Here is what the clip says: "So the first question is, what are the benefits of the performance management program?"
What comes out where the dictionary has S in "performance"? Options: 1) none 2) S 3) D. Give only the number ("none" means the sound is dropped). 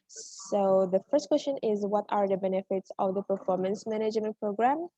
2